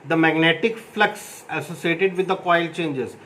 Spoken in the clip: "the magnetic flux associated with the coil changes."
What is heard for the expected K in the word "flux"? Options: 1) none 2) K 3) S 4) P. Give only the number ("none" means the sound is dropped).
2